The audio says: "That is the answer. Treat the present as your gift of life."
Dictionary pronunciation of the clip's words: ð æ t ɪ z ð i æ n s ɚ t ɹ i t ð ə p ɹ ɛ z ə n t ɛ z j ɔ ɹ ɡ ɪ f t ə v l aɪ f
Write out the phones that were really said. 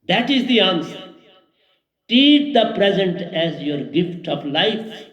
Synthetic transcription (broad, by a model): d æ t ɪ z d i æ n s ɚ t i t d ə p ɹ ɛ z ə n t ɛ z j ɔ ɹ ɡ ɪ f t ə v l aɪ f